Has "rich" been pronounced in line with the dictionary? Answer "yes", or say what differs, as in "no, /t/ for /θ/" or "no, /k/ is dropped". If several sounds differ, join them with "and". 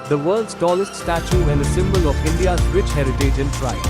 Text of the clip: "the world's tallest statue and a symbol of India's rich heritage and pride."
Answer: yes